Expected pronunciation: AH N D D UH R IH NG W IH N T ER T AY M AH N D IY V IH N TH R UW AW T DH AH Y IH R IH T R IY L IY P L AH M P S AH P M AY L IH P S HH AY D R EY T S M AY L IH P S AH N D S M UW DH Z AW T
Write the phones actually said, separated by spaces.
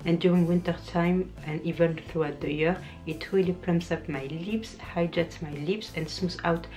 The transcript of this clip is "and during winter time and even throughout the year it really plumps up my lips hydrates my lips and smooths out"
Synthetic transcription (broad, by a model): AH N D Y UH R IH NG W IH N T ER T AY M AH N D IY V IH N TH R UW AW T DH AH Y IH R IH T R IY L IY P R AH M S AH P M AY L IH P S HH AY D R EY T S M AY L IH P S AH N D S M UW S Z AW T